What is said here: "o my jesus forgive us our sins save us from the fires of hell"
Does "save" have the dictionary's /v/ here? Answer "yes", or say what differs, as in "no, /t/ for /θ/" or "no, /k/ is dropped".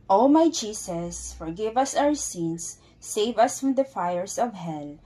yes